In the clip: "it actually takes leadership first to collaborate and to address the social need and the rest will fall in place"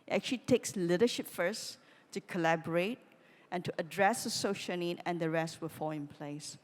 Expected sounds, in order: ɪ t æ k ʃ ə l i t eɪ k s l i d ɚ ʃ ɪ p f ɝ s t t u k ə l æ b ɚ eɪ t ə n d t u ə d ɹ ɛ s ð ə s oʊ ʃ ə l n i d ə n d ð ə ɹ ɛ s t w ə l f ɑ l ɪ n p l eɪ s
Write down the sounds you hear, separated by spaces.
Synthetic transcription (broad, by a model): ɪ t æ k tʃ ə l i t eɪ k s l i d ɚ ʃ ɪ p f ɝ s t t u k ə l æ b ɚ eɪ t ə n t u ə d ɹ ɛ s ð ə s oʊ ʃ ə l n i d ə n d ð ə ɹ ɛ s t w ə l f ɑ l ɪ n p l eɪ s